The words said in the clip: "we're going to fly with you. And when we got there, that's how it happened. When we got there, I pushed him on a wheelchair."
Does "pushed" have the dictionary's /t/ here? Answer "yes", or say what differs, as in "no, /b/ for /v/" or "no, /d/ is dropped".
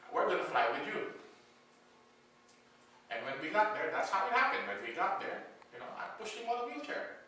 no, /t/ is dropped